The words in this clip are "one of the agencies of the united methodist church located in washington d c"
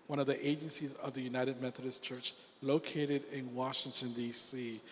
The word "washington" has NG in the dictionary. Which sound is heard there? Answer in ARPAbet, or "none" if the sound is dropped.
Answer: NG